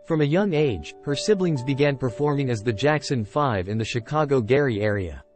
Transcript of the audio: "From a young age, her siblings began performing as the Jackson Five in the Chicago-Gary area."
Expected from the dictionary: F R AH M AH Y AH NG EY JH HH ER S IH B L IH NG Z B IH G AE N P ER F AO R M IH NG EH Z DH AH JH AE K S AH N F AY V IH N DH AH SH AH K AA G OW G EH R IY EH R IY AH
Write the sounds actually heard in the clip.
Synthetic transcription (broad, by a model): F R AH M AH Y AH NG EY JH HH ER S IH B L IH NG Z B IH G AE N P ER F AO R M IH NG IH Z DH AH JH AE K S AH N F AY V IH N DH AH SH AH K AA G OW G EH R IY EH R IY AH